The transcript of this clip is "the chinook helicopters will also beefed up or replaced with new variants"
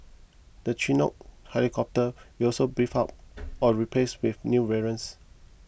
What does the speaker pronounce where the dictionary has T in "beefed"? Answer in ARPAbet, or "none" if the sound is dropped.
none